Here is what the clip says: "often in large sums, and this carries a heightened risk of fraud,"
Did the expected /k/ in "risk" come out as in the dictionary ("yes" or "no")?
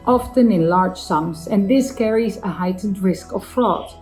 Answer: yes